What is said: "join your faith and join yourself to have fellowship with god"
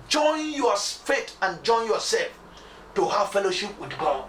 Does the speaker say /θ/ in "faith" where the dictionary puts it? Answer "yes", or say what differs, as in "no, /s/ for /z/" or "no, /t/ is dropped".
no, /t/ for /θ/